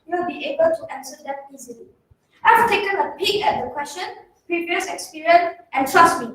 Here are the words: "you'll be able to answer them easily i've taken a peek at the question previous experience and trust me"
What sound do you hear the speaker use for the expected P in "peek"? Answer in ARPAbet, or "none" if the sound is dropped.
B